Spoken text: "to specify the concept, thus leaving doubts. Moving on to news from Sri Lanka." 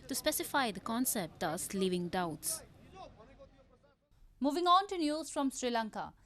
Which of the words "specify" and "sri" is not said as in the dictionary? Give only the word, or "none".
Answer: none